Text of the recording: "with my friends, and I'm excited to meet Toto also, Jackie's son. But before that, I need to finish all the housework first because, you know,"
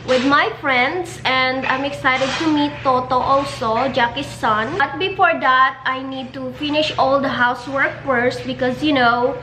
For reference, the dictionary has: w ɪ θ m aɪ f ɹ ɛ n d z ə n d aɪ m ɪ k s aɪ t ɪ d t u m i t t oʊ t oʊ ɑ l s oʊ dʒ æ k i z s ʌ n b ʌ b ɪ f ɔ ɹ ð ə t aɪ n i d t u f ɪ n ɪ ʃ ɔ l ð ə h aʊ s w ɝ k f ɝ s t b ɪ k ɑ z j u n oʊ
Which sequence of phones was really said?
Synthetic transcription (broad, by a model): w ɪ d m aɪ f ɹ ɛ n d s ə n d aɪ m ɪ k s aɪ t ɪ d t u m i t t oʊ t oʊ ɑ l s oʊ dʒ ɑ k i s ʌ n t b ɪ f ɔ ɹ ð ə t aɪ n i d t u f ɪ n ɪ ʃ ɔ l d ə h aʊ s w ɝ k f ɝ s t b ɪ k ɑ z j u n oʊ